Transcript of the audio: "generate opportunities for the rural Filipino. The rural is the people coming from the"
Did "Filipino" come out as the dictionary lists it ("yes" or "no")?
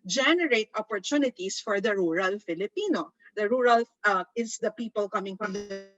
yes